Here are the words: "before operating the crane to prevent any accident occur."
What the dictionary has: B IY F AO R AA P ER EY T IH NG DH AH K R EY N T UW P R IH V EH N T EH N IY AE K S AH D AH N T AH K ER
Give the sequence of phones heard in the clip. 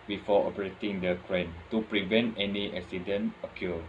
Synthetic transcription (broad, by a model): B IY F AO AA P ER EY T IH NG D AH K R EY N T UW P R IH V EH N T EH N IY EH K S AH D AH N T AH K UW